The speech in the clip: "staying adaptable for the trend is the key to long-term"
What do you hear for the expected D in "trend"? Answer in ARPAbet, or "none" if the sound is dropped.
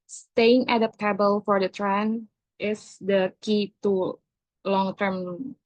none